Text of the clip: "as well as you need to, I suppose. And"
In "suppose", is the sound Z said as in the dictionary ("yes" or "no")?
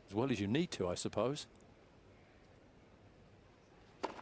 no